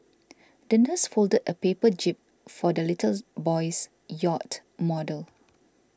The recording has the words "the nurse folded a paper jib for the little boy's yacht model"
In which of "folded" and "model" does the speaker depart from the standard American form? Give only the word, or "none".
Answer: none